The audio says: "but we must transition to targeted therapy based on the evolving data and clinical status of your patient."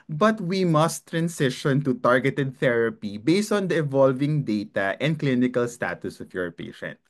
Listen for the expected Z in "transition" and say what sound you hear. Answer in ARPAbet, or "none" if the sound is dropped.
S